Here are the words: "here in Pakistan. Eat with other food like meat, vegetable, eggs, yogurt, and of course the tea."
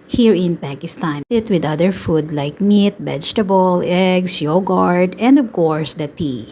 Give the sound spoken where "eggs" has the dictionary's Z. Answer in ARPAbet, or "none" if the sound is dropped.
S